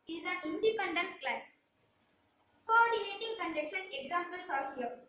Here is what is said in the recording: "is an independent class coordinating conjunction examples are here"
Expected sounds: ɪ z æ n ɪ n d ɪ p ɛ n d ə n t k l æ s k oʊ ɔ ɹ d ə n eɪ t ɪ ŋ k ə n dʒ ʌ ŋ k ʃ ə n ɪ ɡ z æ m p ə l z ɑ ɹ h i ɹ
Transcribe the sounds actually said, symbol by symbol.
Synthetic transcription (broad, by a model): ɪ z æ n ɪ n d ɪ p ɛ n d ə n t k l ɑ s k oʊ ɔ ɹ d ə n eɪ t ɪ ŋ k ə n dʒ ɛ k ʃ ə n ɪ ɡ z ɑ m p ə l s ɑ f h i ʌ